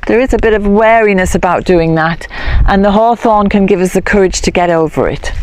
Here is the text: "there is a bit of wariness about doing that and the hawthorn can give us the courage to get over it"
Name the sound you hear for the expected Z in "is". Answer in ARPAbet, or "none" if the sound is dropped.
Z